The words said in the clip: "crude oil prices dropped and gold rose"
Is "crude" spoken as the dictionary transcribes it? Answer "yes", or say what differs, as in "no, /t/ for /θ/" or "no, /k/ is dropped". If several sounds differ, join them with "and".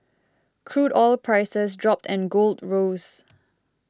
yes